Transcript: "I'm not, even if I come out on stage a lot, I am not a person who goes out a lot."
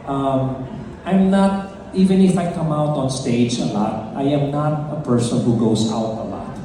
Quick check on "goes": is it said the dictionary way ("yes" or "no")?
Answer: no